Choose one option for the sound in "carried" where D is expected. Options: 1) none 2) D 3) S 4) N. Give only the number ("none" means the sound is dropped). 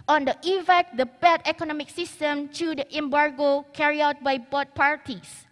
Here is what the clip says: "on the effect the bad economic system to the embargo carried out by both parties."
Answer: 1